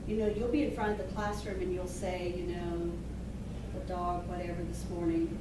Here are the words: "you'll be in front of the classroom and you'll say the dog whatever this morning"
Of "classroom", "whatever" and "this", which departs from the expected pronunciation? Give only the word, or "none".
none